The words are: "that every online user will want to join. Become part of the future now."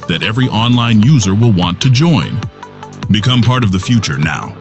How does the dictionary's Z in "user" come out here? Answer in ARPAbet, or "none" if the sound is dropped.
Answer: Z